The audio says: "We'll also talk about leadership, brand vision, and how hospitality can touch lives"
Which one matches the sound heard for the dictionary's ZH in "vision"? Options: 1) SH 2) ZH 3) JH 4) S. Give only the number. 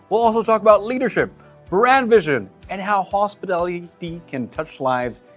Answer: 2